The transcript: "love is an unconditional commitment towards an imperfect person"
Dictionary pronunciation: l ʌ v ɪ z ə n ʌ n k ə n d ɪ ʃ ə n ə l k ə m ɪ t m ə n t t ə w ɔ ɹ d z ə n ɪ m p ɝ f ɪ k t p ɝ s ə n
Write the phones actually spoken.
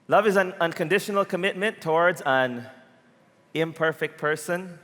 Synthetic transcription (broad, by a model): l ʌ v ɪ z ə n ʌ n k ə n d ɪ ʃ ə n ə l k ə m ɪ t m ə n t t ə w ɔ ɹ d z ə n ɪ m p ɝ f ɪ k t p ɝ s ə n